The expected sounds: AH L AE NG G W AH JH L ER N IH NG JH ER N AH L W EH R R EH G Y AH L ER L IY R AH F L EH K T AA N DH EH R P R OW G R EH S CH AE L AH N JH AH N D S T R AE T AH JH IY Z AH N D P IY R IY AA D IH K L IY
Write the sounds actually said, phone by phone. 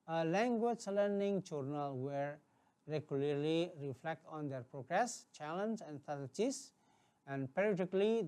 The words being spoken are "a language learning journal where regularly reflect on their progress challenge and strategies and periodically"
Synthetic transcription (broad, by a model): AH L AE NG G W AH JH L ER N IH NG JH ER N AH L W EH R R EH G Y AH L ER L IY R AH F L EH K T AA N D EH R P R OW G R EH S CH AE L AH N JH AH N D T AE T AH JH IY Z AH N D P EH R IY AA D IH K L IY